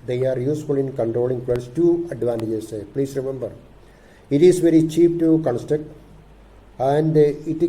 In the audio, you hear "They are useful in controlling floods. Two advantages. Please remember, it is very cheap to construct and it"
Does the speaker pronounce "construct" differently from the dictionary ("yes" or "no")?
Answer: yes